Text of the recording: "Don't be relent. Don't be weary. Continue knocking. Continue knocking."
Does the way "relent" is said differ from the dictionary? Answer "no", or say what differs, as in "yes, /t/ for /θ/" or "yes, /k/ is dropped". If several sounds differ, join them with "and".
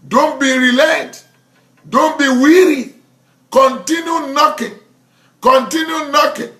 yes, /n/ is dropped